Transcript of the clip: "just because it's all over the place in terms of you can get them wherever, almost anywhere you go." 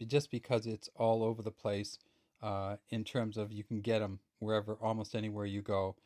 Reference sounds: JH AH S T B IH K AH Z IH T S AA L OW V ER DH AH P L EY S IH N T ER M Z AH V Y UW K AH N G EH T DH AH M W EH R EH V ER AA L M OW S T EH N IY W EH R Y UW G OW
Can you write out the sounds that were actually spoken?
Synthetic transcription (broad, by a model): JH AH S B IH K AH Z IH T S AA L OW V ER DH AH P L EY S IH N T ER M Z AH V Y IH K N G EH T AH M W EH R EH V ER AA L M OW S T EH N IY W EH R Y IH G OW